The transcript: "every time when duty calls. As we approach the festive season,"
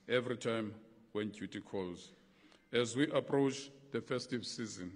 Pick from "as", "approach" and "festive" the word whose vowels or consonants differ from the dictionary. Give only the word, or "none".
none